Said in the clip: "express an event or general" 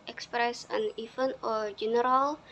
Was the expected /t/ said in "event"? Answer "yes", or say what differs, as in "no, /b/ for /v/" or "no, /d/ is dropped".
no, /t/ is dropped